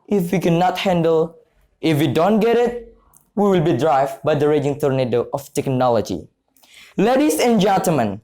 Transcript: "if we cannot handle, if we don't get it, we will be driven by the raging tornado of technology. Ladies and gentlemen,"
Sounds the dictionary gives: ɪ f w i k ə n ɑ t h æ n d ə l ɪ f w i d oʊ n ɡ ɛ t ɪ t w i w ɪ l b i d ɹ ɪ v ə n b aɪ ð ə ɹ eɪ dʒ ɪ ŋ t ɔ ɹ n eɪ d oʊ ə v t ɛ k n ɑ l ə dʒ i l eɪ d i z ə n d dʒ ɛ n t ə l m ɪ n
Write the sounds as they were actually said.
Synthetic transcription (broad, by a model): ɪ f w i k ə n ɑ t h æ n d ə l ɪ f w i d oʊ n ɡ ɛ t ɪ t w i w ɪ l b i d ɹ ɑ ə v b aɪ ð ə ɹ eɪ dʒ ɪ ŋ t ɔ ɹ n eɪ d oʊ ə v t ɛ k n ɑ l ə dʒ i l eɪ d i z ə n dʒ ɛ n t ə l m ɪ n